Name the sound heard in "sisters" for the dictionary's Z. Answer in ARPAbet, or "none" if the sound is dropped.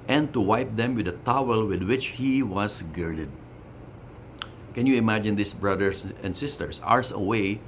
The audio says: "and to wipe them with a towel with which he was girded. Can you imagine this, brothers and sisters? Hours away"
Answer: S